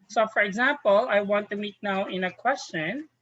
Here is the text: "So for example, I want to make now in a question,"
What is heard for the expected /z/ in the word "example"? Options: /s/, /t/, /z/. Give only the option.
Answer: /z/